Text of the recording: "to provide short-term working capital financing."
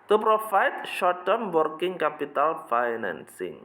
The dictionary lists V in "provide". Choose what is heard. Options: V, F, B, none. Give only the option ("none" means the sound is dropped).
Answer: F